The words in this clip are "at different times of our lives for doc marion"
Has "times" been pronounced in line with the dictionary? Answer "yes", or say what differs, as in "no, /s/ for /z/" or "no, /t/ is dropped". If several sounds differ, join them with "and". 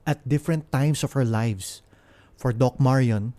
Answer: no, /s/ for /z/